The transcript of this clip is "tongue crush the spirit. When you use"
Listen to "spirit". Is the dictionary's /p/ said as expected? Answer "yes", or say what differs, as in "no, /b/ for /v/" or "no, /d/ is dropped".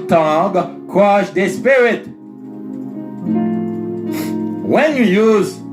yes